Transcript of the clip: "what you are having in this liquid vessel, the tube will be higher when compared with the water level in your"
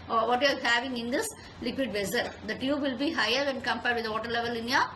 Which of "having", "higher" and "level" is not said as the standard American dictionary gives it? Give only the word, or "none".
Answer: none